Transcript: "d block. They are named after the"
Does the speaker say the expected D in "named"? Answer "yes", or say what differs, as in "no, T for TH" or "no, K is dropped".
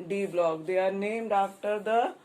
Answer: yes